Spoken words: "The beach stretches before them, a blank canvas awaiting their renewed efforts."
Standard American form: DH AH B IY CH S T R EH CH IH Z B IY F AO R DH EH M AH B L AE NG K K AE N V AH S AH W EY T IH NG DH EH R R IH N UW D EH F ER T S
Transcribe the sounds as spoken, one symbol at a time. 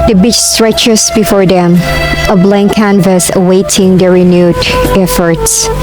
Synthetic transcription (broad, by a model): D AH B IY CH S T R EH CH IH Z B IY F AO R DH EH M AH B L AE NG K K AE N V AH S AH W EY T IH NG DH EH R R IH N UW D EH F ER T S